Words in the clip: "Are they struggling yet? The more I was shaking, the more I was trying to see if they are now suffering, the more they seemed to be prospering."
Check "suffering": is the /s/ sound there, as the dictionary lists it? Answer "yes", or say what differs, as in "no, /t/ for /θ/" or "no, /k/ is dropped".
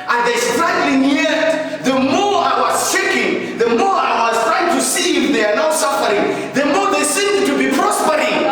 yes